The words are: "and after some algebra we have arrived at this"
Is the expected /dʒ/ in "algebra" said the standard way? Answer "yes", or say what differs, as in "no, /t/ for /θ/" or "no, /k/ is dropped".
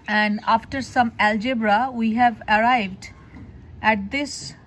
yes